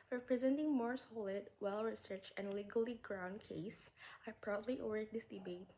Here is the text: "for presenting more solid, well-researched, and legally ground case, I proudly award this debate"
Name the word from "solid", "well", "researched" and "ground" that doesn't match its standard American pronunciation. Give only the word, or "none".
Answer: researched